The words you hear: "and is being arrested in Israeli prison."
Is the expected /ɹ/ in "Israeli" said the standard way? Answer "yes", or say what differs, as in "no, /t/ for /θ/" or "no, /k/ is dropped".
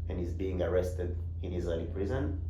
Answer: no, /ɹ/ is dropped